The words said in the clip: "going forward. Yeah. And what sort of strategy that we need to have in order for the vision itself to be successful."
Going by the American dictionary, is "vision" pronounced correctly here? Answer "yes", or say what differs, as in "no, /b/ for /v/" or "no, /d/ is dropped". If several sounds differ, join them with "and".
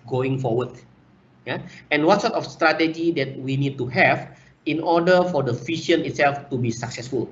no, /f/ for /v/ and /ʃ/ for /ʒ/